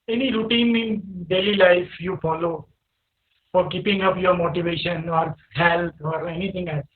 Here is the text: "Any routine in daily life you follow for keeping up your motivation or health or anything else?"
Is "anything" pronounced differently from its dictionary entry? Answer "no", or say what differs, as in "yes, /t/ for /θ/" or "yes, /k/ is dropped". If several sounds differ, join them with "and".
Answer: yes, /t/ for /θ/